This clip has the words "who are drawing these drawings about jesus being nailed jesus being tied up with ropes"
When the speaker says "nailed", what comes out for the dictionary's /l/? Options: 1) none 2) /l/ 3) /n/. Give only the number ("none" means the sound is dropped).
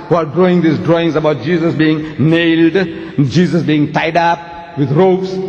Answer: 2